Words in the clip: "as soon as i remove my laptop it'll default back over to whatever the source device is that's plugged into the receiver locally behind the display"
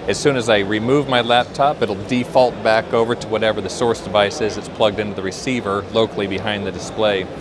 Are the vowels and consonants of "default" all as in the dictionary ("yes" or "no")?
yes